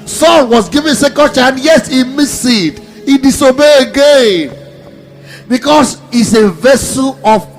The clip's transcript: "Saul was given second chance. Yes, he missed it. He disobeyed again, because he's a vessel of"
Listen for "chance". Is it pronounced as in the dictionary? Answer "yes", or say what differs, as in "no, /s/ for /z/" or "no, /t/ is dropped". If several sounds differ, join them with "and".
no, /s/ is dropped